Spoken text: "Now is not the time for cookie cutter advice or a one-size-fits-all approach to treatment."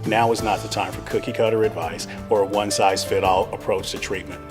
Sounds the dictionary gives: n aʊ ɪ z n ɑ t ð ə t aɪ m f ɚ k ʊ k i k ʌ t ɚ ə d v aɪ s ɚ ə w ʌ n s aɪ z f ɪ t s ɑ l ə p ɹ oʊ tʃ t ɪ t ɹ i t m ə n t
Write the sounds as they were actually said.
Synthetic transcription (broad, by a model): n aʊ ɪ z n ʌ t ð ə t aɪ m f ɚ k ʊ k i k ʌ t ɚ ə d v aɪ s ɚ ə w ʌ n s aɪ z f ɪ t ɑ l ə p ɹ oʊ tʃ t ɪ t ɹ i t m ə n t